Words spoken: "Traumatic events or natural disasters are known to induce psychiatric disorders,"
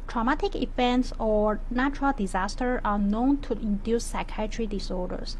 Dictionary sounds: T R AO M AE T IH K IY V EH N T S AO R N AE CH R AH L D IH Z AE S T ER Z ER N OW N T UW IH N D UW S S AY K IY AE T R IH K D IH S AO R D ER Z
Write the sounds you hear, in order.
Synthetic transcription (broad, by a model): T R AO M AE T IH K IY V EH N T S AO R N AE CH R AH L D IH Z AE S T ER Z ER N OW N T UW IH N D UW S S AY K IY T R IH D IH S AO R D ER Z